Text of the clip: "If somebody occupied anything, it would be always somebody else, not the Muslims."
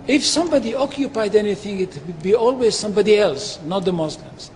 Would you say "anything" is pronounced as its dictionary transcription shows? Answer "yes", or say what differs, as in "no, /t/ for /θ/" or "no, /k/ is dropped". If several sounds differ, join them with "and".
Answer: yes